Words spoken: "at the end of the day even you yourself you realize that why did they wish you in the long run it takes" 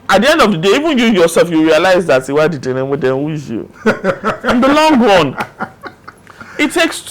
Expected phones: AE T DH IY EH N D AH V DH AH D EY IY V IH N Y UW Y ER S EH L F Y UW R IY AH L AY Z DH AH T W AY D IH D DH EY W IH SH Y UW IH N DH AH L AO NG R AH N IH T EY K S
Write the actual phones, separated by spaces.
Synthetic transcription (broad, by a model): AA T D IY EH N D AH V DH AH D EY IY V IH N Y UW Y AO S EH L F Y UW R IY AH L AY Z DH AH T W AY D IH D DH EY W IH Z Y UW IH N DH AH L AO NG R AH N IH T EY K S